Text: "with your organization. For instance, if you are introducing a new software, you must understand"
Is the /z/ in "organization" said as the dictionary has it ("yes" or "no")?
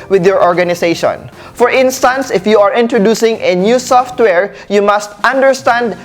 no